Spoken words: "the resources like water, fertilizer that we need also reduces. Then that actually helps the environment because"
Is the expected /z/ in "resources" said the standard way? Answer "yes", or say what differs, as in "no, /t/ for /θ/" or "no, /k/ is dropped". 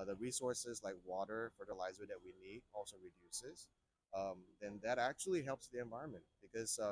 yes